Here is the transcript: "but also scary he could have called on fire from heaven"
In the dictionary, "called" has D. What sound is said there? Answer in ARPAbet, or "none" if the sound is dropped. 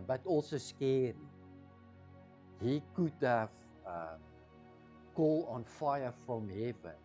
none